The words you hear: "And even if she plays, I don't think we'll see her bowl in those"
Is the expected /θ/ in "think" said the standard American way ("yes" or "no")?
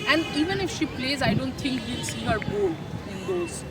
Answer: no